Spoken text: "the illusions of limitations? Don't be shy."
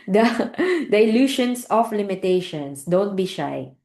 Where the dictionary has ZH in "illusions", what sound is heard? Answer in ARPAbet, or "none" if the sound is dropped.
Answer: SH